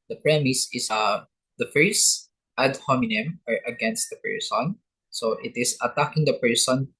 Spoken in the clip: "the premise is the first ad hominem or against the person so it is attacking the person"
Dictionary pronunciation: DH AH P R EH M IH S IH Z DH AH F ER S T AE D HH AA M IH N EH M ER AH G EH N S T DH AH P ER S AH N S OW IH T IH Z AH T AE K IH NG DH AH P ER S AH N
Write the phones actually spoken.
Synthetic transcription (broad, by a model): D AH P R EH M IH S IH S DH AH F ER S T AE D HH AA M IH N EH M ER AH G EH N S T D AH P ER S AH N S OW IH T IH S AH T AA K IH NG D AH P ER S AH N